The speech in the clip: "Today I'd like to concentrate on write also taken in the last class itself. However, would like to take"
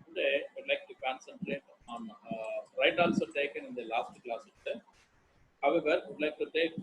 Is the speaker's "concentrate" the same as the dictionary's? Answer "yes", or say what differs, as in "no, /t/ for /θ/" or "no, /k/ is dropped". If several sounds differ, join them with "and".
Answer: yes